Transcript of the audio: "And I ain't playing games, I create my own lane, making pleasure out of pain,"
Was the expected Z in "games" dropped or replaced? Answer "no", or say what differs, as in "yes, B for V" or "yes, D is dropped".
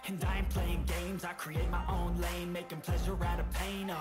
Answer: no